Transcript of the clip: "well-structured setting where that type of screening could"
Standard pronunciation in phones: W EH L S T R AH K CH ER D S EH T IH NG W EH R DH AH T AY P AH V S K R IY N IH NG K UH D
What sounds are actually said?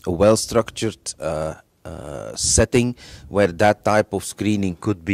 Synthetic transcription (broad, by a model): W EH L S T R AH K CH ER D S EH T IH NG W EH R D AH T AY P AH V S K R IY N IH NG K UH D